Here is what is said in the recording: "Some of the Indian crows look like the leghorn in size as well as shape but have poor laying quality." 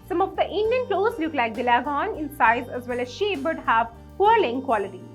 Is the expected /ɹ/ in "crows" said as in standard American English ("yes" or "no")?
no